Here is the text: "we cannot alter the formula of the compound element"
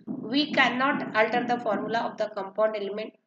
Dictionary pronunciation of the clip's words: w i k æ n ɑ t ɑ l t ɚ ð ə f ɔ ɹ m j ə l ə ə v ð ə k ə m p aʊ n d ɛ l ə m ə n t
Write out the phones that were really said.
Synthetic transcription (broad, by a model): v i k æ n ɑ t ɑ l t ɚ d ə f ɔ ɹ m j ə l ə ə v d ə k ə m p aʊ n d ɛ l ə m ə n t